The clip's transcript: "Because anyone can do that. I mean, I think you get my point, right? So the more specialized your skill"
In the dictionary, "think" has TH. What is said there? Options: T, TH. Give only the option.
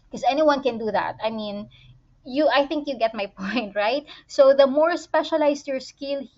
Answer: TH